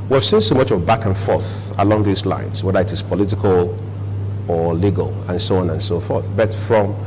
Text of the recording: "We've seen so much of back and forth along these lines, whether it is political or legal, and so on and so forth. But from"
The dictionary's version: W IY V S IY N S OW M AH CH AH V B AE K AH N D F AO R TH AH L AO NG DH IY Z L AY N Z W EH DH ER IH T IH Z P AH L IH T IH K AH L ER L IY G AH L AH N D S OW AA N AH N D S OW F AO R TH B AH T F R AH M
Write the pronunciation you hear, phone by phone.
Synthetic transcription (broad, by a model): W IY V S IY N S OW M AH CH AH V B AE K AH N F AO R TH AH L AO NG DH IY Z L AY N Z W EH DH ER IH T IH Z P AH L IH T IH K AH L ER L IY G AH L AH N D S OW AA N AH N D S OW F AO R TH B AH T F R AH M